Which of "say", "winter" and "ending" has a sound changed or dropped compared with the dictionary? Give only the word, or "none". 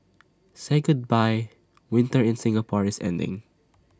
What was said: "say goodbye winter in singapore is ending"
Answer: none